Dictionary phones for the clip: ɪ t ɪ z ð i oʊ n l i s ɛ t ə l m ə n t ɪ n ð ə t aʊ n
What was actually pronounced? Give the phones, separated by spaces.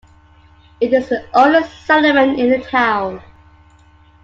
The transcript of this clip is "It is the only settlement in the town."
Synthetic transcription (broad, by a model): ɪ t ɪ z ð i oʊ l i s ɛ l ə m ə n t ɪ n ð ə t aʊ n